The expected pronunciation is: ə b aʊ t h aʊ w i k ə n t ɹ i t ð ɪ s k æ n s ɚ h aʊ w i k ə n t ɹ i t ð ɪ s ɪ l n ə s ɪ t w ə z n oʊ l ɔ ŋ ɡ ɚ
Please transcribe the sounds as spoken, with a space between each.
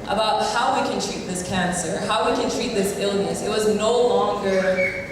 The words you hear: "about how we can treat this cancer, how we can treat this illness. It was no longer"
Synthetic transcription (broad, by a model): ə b aʊ t h aʊ w i k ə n t ɹ i t ð ɪ s k æ n s ɚ h aʊ w i k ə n t ɹ i t ð ɪ s ɪ l n ə s ɪ t w ə z n oʊ l ɔ ŋ ɡ ɚ